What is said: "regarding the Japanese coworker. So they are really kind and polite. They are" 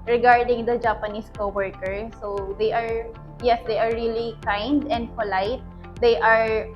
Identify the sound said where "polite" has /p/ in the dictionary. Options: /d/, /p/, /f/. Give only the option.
/f/